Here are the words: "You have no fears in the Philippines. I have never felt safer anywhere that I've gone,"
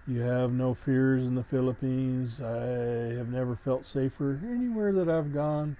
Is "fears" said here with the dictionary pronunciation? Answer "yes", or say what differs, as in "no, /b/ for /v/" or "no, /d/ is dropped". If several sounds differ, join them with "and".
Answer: yes